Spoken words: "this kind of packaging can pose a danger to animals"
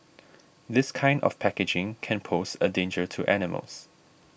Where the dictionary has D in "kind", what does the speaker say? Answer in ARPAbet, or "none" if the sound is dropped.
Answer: D